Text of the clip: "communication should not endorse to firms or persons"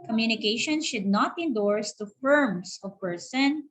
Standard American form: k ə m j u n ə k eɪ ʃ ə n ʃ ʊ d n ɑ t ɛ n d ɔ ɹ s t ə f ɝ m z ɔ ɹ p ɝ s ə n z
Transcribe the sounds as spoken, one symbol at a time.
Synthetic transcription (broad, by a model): k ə m j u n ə k eɪ ʃ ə n ʃ ʊ d n ɑ t ɛ n d ɔ ɹ s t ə f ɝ m s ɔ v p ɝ s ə n